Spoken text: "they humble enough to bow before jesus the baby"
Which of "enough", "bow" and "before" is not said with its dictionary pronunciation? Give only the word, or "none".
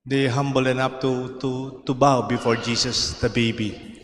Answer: enough